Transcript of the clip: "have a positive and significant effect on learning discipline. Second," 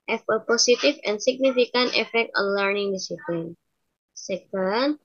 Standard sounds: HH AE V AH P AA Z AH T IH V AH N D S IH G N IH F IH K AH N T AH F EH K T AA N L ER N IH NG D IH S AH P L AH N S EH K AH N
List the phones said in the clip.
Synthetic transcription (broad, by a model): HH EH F AH P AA S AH T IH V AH N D S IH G N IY F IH K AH N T AH F EH K T AA N L ER N IH NG D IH S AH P L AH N S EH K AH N